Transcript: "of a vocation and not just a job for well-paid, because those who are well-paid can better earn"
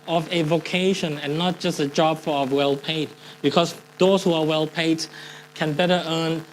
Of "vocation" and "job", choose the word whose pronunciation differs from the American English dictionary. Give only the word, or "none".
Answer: none